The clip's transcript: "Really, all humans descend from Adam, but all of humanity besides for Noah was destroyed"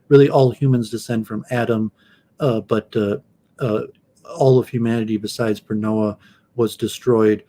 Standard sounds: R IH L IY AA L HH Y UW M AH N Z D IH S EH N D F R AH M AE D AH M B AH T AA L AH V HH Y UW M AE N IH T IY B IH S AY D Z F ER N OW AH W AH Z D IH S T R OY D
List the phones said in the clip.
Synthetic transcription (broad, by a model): R IH L IY AA L HH Y UW M AH N Z D IH S EH N D F R AH M AE D AH M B AH T AA L AH V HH Y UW M AE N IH T IY B IH S AY D Z P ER N OW AH W AH Z D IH S T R OY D